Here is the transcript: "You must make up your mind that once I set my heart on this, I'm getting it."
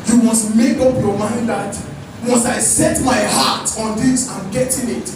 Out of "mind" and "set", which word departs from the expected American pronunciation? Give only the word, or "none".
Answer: none